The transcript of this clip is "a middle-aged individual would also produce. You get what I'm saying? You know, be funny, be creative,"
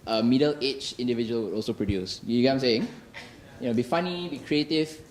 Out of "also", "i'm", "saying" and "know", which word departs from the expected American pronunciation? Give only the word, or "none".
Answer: none